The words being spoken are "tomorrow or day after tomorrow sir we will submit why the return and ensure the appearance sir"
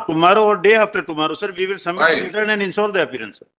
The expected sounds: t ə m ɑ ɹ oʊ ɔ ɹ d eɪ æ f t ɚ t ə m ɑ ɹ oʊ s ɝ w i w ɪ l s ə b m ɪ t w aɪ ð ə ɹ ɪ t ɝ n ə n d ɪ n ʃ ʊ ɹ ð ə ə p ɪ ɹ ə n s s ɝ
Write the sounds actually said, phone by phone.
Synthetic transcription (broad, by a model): t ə m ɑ ɹ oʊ ɔ ɹ d eɪ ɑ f t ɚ t ə m ɑ ɹ oʊ s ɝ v i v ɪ l s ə m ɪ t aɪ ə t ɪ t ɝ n ə n d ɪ n s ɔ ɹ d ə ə p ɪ ɹ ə n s s